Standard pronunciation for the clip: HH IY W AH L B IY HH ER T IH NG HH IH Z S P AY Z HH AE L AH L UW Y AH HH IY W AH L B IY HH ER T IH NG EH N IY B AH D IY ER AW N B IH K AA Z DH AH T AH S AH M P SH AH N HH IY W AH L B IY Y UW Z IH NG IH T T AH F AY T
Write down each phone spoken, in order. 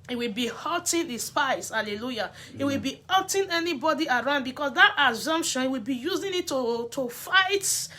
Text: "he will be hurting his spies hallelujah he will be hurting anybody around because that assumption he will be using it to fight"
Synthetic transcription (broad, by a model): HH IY W AH L B IY HH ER T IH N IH S P AY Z HH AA L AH L UW Y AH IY W AH L B IY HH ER T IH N EH N IY B AH D IY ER AW N B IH K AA S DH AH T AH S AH M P SH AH N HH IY W AH L B IY Y UW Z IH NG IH T T AH F AY T